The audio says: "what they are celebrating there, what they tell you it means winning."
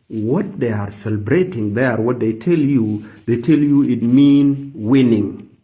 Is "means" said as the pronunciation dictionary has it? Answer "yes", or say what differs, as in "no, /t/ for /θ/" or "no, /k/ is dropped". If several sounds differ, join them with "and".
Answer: no, /z/ is dropped